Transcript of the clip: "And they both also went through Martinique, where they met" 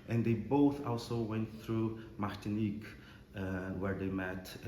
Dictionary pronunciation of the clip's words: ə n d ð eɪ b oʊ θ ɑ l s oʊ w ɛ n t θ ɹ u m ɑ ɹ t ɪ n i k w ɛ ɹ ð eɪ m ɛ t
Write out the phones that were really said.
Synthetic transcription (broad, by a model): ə n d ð eɪ b oʊ θ ɑ l s oʊ w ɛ n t θ ɹ u m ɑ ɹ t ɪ n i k w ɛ ɹ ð eɪ m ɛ t